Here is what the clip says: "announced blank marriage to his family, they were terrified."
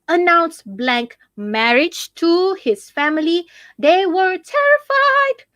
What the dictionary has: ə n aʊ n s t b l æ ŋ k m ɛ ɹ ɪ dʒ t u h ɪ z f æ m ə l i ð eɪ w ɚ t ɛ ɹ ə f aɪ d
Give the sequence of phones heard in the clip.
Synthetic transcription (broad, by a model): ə n aʊ n s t b l æ ŋ k m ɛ ɹ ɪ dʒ t u h ɪ z f æ m ə l i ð eɪ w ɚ t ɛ ɹ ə f aɪ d